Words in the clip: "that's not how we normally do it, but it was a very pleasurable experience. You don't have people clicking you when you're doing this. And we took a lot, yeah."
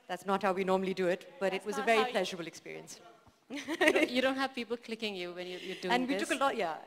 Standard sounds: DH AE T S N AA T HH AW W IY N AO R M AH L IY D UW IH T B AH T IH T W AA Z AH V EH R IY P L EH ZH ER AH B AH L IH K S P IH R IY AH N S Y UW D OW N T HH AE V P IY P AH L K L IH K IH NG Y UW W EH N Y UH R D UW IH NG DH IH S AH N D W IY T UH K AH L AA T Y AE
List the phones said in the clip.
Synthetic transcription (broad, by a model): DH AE T S N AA T HH AW W IY N AO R M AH L IY D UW IH T B AH T IH T W AA Z AH V EH R IY P L EH ZH ER AH B AH L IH K S P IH R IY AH N S Y UW D OW N T HH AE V P IY P AH L K L IH K IH NG Y UW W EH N Y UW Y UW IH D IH AH N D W IY T UH K AH L AA T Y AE